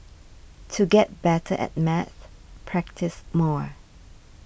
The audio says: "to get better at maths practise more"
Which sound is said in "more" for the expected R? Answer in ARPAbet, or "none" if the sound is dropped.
R